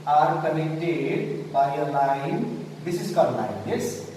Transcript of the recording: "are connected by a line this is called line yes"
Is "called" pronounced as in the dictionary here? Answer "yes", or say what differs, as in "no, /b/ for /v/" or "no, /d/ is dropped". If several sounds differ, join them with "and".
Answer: no, /l/ is dropped